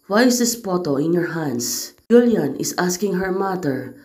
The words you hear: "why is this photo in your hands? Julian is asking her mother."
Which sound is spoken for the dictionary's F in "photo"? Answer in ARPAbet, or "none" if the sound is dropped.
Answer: P